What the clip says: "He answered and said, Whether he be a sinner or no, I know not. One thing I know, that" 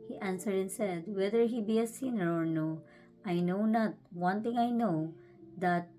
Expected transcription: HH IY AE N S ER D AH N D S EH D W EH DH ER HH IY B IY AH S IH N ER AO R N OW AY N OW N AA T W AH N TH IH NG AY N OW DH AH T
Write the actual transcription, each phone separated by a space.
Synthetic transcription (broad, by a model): HH IY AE N S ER D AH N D S EH D W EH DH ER HH IY B IY AH S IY N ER AO R N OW AY N OW N AA T W AH N T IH NG AY N OW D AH T